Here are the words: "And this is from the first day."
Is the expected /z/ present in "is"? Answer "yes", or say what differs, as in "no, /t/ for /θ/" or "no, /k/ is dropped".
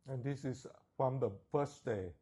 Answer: no, /s/ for /z/